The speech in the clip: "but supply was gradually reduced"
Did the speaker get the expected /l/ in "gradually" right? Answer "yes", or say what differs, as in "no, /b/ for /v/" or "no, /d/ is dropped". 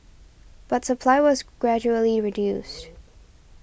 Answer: yes